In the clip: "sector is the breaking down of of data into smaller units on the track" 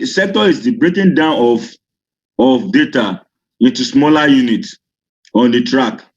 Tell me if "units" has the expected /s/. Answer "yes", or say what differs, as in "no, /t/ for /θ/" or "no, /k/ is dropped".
no, /s/ is dropped